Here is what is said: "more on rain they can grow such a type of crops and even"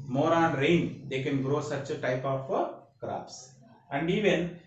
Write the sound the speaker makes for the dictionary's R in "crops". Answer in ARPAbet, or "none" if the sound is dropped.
R